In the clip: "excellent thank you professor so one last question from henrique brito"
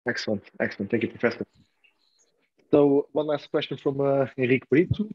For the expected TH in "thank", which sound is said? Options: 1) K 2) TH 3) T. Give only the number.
3